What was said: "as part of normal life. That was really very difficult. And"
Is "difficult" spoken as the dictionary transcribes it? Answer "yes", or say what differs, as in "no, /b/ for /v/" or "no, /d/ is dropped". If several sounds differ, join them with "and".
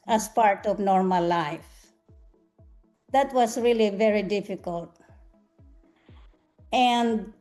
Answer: yes